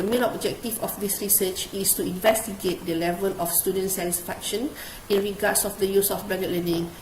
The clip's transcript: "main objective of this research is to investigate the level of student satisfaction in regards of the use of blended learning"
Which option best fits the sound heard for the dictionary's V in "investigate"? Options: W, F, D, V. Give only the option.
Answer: V